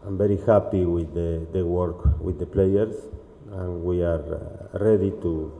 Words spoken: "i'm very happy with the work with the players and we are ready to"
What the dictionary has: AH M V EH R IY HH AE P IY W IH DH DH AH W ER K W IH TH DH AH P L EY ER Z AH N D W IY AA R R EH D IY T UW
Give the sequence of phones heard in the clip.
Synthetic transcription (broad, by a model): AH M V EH R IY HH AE P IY W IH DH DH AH W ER K W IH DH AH P L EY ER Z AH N W IY AA R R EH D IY T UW